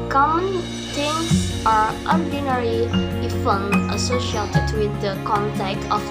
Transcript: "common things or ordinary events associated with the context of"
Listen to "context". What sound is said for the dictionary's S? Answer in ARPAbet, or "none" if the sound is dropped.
none